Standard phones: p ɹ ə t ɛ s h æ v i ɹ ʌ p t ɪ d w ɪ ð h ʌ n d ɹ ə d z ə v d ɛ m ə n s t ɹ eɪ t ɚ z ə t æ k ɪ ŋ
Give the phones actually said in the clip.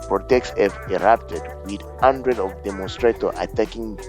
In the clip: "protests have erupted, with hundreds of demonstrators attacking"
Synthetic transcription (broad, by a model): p ɹ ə t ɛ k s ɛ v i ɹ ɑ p t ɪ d w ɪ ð h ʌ n d ɹ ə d ə v d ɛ m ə n s t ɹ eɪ t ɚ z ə t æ k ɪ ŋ